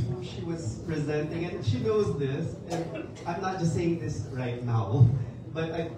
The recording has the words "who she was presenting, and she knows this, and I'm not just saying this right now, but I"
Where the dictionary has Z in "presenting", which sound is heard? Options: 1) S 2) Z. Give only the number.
2